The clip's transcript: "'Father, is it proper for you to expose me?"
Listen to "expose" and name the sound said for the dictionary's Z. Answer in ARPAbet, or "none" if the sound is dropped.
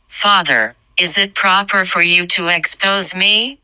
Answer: Z